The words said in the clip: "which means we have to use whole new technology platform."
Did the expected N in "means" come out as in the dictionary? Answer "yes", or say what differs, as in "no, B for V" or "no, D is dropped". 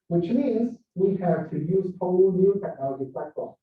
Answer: no, N is dropped